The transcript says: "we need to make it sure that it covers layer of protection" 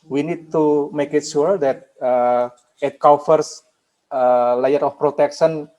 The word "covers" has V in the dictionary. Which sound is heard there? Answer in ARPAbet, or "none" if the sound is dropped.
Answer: F